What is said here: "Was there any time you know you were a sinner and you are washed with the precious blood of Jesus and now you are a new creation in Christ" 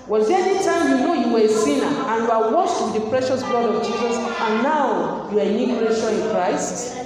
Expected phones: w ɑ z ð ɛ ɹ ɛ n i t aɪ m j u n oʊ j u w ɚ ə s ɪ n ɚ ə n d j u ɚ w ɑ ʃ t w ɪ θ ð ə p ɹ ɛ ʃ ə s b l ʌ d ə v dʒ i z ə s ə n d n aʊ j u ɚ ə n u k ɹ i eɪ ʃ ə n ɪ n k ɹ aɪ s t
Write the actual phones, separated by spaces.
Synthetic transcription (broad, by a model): w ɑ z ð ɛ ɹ ɛ n i t aɪ m j u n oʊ j u w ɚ ə s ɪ n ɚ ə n j u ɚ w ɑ s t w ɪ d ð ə p ɹ ɛ ʃ ə s b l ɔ d ə v dʒ i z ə s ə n n aʊ j u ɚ ə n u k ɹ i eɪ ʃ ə ɪ n k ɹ aɪ s t